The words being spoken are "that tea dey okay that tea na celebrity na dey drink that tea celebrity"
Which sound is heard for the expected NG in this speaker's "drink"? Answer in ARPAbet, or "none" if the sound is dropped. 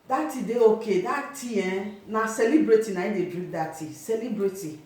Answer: none